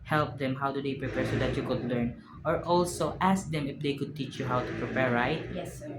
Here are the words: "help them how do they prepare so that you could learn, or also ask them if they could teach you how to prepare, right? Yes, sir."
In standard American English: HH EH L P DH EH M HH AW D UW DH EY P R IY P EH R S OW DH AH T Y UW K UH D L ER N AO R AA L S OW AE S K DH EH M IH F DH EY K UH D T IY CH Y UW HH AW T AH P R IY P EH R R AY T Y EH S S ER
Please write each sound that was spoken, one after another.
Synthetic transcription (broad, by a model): HH EH L P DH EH M HH AW D UW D EY P R IY P EH R S OW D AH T Y UW K UH D L ER N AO R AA L S OW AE S K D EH M IH F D EY K UH D T IY CH Y UW HH AW T AH P R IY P EH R R AY T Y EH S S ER